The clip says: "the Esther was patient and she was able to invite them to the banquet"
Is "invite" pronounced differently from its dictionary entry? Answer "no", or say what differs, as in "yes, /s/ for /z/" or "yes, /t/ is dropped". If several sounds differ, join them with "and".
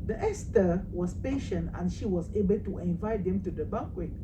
no